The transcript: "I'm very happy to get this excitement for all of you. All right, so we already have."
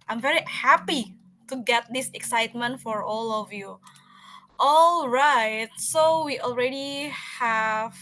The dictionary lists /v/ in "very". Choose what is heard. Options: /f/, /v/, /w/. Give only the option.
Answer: /v/